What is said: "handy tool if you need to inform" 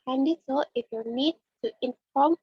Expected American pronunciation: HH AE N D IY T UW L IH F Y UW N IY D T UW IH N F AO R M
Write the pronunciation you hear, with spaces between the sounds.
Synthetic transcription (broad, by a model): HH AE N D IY S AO IH F Y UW N IY D T UW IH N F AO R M